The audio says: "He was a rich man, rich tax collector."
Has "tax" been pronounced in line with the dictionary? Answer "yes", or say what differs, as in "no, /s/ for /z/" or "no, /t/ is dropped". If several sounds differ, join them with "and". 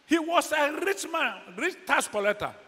no, /k/ is dropped